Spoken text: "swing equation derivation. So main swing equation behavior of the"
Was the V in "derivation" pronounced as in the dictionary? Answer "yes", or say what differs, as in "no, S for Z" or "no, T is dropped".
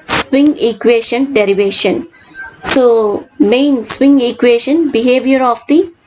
yes